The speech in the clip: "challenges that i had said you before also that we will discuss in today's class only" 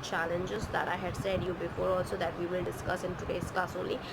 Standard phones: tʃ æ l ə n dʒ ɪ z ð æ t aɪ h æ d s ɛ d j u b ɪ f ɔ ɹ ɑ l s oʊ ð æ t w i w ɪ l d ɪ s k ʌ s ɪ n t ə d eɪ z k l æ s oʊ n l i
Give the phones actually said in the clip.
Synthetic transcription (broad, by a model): tʃ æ l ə n dʒ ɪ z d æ t aɪ h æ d s ɛ d j u b ɪ f ɔ ɹ ɑ l s oʊ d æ t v i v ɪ l d ɪ s k ʌ s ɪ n t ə d eɪ s k ɑ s oʊ n l i